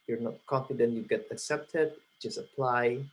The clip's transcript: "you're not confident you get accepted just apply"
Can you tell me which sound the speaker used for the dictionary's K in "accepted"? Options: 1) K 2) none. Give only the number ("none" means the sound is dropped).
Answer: 1